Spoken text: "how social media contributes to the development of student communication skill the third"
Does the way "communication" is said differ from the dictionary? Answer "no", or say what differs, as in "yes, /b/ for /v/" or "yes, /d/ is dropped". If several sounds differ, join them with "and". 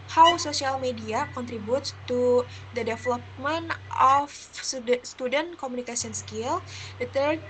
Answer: yes, /s/ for /ʃ/